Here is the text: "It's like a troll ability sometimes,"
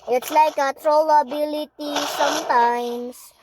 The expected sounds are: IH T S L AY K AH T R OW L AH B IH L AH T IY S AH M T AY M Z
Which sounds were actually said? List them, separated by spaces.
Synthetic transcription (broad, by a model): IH T S L AY K AH T R OW L AH B IH L AH T IY S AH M T AY M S